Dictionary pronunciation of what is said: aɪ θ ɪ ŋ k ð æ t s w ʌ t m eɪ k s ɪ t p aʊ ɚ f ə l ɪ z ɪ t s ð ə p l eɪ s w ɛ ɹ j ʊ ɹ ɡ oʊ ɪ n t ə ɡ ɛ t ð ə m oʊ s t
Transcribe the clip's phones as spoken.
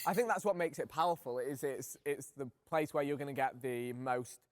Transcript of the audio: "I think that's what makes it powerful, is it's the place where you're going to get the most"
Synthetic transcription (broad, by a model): aɪ θ ɪ ŋ k ð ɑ t s w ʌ t m eɪ k s ɪ t p aʊ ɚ f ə l ɪ z ɪ t s ð ə p l eɪ s w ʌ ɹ j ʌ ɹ ɡ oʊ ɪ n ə ɡ ɛ t ð ə m oʊ s t